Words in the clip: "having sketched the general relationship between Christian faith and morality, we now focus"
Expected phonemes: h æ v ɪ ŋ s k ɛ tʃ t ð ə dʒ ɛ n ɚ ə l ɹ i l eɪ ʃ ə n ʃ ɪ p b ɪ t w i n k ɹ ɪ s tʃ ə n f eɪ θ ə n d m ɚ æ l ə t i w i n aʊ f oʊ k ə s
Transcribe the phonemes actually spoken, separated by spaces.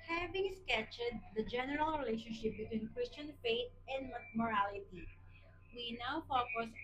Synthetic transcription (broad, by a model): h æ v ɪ ŋ s k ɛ tʃ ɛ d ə dʒ ɛ n ɚ ə l ɹ i l eɪ ʃ ə n ʃ ɪ p b ɪ t w i n k ɹ ɪ s tʃ ə n f eɪ t ə n d m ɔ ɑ l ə t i w i n aʊ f oʊ k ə s